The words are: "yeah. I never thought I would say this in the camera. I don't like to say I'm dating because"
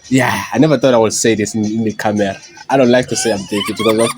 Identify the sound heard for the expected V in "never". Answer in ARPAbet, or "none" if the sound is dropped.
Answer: V